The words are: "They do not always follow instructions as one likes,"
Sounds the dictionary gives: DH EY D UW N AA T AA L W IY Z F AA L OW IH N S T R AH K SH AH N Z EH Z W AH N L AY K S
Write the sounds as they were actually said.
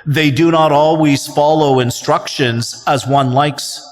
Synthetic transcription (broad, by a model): DH EY D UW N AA T AA L W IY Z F AA L OW IH N S T R AH K SH AH N Z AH Z W AH N L AY K S